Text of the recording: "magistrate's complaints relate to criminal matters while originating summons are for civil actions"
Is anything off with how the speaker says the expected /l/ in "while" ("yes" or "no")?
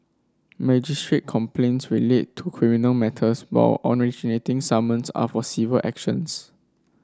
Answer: yes